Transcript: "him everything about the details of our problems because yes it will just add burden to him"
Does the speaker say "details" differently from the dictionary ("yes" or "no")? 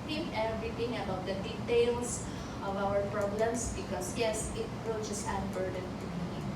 yes